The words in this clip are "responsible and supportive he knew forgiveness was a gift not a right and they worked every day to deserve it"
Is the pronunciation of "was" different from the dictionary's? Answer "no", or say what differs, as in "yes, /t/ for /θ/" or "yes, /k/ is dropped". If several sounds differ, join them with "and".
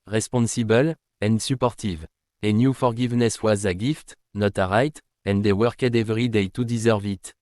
no